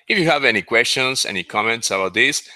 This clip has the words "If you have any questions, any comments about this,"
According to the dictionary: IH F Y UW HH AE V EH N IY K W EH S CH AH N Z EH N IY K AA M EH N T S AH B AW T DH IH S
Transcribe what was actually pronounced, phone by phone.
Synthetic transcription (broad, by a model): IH F Y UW HH AE V EH N IY K W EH S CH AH N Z EH N IY K AA M EH N T S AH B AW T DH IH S